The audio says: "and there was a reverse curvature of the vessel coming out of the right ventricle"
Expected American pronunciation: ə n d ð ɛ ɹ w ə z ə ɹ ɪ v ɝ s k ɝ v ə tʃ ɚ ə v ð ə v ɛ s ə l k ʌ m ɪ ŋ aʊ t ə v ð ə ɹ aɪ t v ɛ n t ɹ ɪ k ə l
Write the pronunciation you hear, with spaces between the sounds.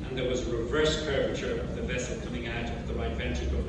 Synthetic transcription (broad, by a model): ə n ð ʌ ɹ w ə z ə ɹ ɪ v ɝ s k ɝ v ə tʃ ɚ ə v ð ə v ɛ s l k ʌ m ɪ ŋ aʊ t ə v ð ə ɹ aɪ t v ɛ n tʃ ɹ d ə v